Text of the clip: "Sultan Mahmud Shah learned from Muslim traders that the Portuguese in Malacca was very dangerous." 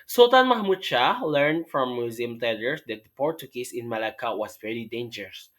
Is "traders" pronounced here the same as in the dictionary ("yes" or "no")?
no